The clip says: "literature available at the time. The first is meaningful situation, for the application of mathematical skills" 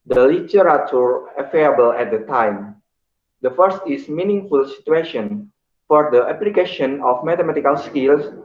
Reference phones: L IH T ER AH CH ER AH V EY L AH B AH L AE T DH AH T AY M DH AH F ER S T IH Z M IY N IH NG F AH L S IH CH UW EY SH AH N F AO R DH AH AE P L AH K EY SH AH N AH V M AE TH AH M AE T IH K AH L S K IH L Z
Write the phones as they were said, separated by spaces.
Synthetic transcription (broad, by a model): L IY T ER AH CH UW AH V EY AH B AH L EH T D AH T AY M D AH F ER S T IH S M IY N IH NG F AH L S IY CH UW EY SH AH N F AO R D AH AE P L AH K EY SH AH N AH F M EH T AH M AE T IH K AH L S K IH L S